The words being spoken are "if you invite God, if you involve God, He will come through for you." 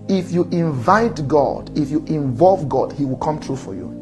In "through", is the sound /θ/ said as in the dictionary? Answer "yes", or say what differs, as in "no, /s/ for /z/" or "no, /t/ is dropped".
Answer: no, /t/ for /θ/